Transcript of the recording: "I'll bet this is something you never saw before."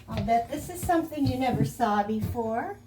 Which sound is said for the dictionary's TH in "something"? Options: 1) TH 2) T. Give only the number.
1